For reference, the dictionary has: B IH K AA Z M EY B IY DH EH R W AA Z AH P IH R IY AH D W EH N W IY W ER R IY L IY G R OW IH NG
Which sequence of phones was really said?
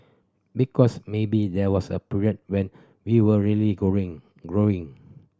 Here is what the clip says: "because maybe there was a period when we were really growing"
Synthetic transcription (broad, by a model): B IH K AA S M EY B IY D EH W AA S AH P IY R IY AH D W EH N W IY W ER L IY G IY G R OW IH NG